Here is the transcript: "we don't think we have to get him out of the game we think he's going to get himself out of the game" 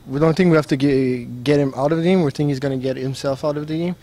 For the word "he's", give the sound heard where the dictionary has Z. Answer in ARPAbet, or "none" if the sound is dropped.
Z